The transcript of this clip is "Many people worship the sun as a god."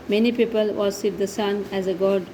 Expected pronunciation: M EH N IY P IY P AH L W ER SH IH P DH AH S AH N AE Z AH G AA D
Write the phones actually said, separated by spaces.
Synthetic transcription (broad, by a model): M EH N IY P IY P AH L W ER S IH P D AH S AH N AE Z AH G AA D